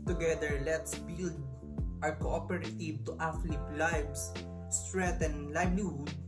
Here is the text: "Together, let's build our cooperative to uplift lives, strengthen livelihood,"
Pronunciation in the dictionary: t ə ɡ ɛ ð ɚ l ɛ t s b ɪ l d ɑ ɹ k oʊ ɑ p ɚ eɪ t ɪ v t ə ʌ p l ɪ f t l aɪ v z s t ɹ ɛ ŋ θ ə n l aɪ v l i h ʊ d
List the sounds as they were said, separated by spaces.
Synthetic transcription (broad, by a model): t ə ɡ ɛ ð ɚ l ɛ t s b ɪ l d ɑ ɹ k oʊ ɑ p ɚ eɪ t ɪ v t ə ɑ f l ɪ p l aɪ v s s t ɹ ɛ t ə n l aɪ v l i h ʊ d